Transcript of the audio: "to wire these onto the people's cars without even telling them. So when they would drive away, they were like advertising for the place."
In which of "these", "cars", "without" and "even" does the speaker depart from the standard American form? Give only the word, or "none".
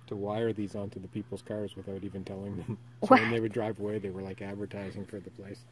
none